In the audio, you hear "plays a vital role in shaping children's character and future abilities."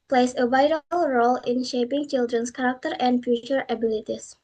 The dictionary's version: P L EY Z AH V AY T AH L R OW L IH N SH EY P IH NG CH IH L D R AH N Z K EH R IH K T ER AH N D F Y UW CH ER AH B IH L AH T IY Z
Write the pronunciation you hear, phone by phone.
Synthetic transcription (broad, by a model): P L EY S AH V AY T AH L R OW L IH N SH EY P IH NG CH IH L D R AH N S K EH R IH K T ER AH N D F Y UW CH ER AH B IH L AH T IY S